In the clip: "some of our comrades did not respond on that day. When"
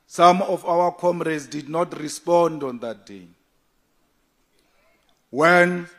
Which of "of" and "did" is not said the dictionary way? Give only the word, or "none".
of